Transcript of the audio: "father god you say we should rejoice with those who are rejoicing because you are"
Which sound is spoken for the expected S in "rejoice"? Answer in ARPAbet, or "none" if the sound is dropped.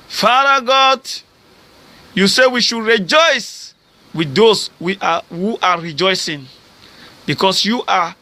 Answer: S